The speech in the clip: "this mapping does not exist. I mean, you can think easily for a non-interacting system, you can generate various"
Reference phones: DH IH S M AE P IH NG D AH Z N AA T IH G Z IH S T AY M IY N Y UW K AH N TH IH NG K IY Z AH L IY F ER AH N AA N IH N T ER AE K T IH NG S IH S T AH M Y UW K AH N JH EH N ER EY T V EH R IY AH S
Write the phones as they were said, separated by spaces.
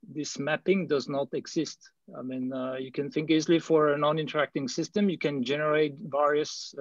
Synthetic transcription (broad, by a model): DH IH S M AE P IH NG D AH Z N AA T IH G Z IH S T AY M IY N Y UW K AH N TH IH NG K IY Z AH L IY F ER AH N AA N IH N T ER AE K T IH NG S IH S T AH M Y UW K AH N JH EH N ER EY T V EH R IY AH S